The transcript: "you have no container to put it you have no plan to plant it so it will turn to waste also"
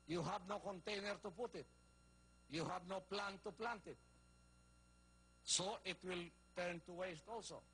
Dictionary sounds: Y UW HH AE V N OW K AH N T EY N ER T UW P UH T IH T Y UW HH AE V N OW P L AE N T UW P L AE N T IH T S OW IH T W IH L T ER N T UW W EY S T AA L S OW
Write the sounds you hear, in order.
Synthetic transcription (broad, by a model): Y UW HH AE V N OW K AH N T EY N ER T UW P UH T IH T Y UW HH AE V N OW P L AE N T UW P L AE N T IH T S OW IH T W IH L T ER N T UW W EY S T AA L S OW